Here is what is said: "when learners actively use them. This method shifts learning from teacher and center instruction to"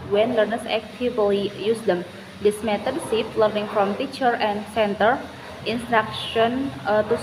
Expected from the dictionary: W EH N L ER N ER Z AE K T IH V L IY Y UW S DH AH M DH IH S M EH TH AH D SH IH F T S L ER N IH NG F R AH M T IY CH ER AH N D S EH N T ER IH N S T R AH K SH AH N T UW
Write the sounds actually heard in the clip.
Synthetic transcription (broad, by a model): W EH N L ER N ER S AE K T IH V L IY Y UW S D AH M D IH S M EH T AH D S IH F L ER N IH NG F R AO M T IY CH ER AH N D S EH N T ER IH N S T R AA K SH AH N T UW